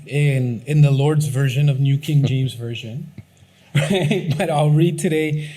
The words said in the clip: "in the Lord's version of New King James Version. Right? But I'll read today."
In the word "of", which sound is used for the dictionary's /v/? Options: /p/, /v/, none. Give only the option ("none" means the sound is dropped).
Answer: /v/